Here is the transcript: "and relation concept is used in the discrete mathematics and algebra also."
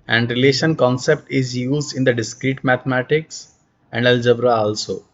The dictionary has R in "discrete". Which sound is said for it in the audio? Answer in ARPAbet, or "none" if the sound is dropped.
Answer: R